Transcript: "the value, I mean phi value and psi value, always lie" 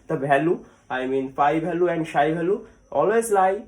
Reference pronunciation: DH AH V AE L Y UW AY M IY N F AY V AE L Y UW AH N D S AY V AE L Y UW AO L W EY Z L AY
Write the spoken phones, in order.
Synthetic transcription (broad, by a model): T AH B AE L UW AY M IY N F AY B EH L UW AH N D SH AY B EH L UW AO L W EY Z L AY